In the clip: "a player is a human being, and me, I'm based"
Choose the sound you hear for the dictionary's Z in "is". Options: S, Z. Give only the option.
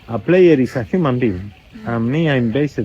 S